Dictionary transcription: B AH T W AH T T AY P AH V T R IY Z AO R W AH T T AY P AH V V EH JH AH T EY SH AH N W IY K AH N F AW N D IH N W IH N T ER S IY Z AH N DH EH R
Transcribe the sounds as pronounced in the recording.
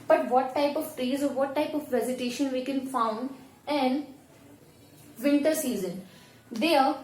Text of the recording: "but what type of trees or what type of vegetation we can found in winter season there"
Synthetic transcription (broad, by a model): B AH T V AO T T AY P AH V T R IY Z AO R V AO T T AY P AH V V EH Z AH T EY SH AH N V IY K AH N F AW N D IH N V IH N T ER S IY Z AH N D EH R